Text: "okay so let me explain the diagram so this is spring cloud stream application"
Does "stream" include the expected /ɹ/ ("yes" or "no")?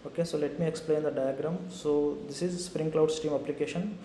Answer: no